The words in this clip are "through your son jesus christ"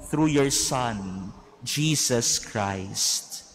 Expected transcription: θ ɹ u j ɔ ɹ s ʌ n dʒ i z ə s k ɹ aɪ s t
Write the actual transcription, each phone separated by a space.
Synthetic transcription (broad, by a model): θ ɹ u j ɔ ɹ s ʌ n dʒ i s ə s k ɹ aɪ s t